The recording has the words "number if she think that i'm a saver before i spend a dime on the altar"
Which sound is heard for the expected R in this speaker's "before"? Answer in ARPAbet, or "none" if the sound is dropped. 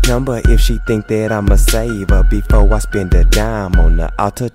W